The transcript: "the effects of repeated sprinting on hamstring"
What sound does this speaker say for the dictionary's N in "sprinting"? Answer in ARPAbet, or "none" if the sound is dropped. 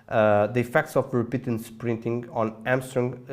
N